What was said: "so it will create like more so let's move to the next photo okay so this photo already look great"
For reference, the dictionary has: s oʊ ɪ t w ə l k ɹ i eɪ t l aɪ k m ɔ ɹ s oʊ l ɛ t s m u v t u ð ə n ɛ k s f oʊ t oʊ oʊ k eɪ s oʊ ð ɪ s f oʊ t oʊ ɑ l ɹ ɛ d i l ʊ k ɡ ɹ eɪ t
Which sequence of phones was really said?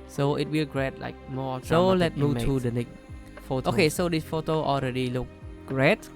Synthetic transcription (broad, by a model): s oʊ ɪ t w ə l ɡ ɹ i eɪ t l aɪ k m ɔ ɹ s oʊ l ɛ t m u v t u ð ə n ɛ k s f oʊ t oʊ oʊ k eɪ s oʊ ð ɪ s f oʊ t oʊ ɑ l ɹ ɛ d i l ʊ k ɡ ɹ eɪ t